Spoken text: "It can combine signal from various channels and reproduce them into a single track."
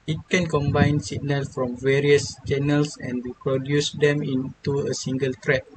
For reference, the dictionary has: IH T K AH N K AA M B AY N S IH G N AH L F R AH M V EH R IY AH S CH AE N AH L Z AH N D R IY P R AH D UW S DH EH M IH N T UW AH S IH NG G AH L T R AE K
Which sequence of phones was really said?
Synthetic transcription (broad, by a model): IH T K AH N K AA M B AY N S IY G N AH L F R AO M V EH R IY AH S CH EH N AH L S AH N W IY P R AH D UW S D EH M IH N T UW AH S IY NG G AH L T R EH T